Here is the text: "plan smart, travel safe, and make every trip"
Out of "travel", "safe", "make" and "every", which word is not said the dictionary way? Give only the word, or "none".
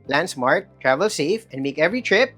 none